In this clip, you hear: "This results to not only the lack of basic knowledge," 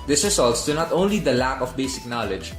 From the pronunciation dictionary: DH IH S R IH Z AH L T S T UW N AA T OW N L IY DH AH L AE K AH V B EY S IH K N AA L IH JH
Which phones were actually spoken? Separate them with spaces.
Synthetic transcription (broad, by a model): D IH S R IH S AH L T S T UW N AA T OW N L IY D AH L AE K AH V B EY S IH K N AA L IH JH